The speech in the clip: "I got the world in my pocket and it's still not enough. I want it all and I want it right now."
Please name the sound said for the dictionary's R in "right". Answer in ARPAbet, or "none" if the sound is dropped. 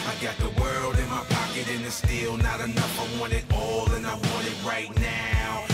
R